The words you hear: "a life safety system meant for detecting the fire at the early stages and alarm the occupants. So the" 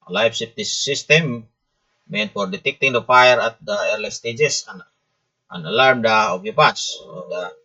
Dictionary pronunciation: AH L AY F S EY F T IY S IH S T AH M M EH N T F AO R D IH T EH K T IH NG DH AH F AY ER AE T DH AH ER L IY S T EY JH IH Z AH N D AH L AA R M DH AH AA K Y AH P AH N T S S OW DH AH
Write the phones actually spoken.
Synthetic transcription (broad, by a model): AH L AY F S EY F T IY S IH S T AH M M EH N T F AO R D IH T EH K T IH NG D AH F AY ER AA T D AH ER L IY S T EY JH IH S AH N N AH L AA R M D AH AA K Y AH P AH T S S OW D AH